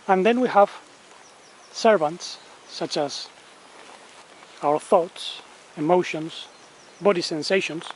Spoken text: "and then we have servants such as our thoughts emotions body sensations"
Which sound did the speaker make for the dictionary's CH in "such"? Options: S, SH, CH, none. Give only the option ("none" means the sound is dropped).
CH